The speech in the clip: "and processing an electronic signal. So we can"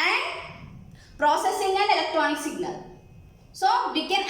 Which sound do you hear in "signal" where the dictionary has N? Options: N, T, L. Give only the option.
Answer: L